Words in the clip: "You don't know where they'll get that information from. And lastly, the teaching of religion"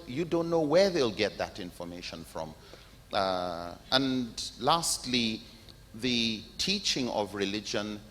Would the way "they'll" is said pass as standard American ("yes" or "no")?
yes